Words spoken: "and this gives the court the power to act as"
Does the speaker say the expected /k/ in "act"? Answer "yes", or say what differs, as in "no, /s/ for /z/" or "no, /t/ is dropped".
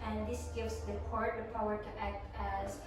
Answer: yes